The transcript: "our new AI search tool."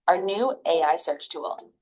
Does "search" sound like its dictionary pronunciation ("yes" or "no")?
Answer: yes